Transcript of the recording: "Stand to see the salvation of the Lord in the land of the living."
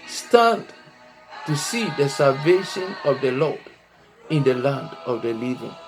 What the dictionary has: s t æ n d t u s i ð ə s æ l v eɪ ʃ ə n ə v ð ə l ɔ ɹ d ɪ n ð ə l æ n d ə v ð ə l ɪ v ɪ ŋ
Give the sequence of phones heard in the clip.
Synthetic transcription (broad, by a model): s t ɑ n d t u s i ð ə s æ l v eɪ ʃ ə n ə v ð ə l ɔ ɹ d ɪ n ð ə l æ n d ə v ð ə l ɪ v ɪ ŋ